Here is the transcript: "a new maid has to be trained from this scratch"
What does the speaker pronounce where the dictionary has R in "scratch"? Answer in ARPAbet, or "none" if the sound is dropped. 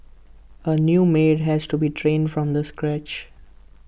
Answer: R